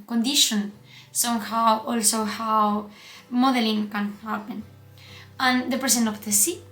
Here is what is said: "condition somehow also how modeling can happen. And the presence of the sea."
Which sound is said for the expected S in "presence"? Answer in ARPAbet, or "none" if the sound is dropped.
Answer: none